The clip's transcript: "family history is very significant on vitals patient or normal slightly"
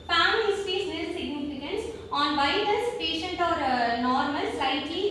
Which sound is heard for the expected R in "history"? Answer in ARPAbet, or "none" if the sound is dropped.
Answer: none